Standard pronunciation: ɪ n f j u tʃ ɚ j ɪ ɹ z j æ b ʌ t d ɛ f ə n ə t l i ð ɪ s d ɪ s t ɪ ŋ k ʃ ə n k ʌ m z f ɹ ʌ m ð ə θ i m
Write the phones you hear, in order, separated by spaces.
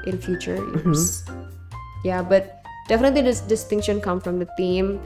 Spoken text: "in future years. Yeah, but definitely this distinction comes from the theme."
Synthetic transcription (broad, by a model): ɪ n f j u tʃ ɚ ɹ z j æ b ʌ t d ɛ f ə n ə t l i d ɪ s d ɪ s t ɪ ŋ k ʃ ə n k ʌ m f ɹ ʌ m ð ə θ i m